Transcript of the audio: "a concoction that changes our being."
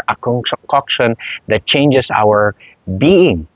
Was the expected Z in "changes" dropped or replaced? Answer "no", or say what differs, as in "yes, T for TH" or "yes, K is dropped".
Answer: yes, S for Z